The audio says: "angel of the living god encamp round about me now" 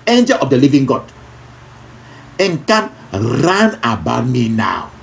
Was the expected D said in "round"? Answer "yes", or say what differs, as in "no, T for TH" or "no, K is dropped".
no, D is dropped